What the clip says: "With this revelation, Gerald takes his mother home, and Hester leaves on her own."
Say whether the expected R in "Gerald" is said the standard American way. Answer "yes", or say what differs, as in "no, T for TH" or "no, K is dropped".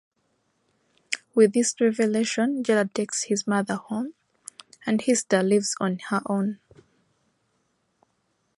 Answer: no, L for R